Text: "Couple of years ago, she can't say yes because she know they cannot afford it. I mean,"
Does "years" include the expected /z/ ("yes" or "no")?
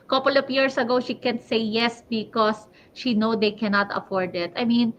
no